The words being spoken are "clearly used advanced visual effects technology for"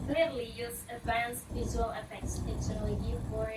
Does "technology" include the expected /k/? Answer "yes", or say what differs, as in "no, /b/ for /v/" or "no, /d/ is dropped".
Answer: no, /k/ is dropped